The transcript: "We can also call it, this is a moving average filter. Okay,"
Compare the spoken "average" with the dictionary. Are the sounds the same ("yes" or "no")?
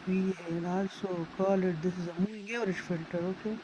no